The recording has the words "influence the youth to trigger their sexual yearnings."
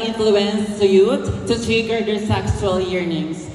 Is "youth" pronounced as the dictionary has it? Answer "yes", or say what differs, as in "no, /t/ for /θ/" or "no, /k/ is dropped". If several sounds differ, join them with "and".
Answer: no, /t/ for /θ/